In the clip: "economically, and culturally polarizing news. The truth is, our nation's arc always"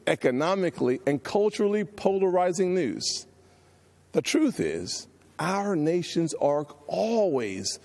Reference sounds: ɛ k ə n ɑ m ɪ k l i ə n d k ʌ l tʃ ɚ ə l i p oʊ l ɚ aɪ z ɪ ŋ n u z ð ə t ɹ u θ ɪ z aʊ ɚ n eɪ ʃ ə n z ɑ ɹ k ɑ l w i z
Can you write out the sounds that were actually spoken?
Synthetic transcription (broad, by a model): ɛ k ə n ɑ m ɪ k l i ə n k ʌ l tʃ ɚ l i p oʊ l ɚ aɪ z ɪ ŋ n u z ð ə t ɹ u θ ɪ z aʊ ɚ n eɪ ʃ ə n z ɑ ɹ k ɑ l w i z